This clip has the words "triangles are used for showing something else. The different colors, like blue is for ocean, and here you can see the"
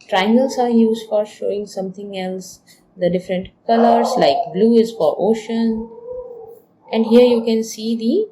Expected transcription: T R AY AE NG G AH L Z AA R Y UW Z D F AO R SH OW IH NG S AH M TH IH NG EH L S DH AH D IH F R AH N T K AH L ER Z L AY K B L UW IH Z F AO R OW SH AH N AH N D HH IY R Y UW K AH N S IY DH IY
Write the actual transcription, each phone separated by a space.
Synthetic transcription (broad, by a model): T R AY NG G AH L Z AA R Y UW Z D F AO R SH OW IH NG S AH M T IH NG EH L S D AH D IH F R AH N T K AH L ER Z L AY K B L UW IH Z F AO R OW SH AH N AH N D HH IY R Y UW K AH N S IY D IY